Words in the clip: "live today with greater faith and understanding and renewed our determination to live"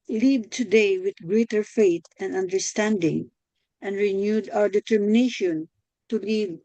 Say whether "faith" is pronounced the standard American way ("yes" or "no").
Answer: no